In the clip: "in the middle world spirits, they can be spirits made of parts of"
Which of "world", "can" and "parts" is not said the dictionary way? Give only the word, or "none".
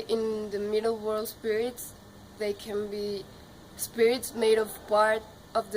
parts